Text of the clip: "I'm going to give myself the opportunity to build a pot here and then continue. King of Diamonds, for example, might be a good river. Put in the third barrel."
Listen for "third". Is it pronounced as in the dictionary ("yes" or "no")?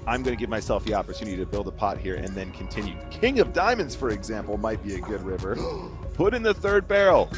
yes